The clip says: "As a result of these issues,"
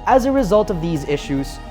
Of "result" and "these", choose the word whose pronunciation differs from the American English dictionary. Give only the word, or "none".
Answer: none